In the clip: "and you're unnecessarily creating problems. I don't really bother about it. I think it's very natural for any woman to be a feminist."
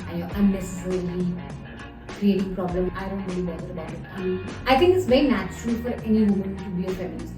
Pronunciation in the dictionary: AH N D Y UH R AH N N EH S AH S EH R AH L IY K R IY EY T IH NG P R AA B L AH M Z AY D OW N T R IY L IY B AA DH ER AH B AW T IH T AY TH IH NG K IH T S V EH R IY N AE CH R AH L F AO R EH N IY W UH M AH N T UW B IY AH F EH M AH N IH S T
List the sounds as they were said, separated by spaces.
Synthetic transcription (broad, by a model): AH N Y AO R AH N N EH S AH S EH R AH L IY K R IY EY T IH NG P R AA B L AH M AY D OW N T R IY L IY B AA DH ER AH B AW T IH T AY T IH NG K IH T S V EH R IY N AE CH R AH L F AO R EH N IY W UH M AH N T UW B IY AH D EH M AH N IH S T